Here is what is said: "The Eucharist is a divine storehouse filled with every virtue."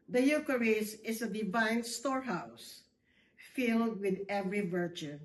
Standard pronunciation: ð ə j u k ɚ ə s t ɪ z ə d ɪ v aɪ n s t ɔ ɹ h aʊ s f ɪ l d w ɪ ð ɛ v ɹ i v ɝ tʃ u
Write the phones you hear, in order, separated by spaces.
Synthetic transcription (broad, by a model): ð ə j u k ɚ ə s ɪ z ə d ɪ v aɪ n s t ɔ ɹ h aʊ s f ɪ l d w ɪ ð ɛ v ɹ i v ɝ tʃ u